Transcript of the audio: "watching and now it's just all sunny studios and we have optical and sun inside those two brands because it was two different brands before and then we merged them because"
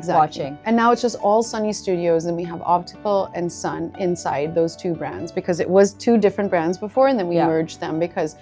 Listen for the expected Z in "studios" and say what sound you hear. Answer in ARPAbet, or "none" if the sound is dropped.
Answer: Z